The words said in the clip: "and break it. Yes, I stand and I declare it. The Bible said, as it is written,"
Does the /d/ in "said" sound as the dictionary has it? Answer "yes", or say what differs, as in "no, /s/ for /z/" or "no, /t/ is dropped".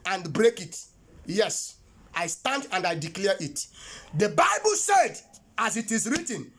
yes